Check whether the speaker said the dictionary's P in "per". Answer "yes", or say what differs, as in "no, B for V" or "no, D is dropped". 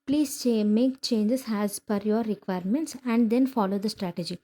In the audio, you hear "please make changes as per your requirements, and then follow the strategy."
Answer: no, F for P